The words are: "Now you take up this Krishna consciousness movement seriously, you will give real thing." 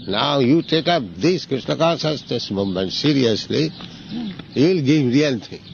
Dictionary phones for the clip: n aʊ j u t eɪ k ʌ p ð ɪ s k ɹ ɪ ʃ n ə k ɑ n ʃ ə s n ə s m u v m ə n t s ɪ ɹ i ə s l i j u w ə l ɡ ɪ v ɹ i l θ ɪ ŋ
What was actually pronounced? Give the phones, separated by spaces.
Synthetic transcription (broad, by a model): n aʊ j u t eɪ k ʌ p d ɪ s k ɹ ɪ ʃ n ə k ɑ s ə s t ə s m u m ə n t s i ɹ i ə s l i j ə l ɡ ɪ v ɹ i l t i